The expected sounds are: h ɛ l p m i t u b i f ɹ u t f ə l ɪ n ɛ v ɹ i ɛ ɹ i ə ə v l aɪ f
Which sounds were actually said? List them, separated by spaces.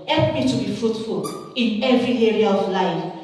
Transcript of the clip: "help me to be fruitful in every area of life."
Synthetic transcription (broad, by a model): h ɛ l p m i t u b i f ɹ u t f ə l ɪ n ɛ v ɹ i ɛ ɹ i ə ə v l aɪ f